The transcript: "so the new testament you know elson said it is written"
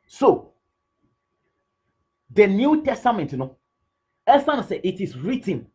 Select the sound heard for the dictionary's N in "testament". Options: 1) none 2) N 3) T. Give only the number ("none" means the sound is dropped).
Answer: 2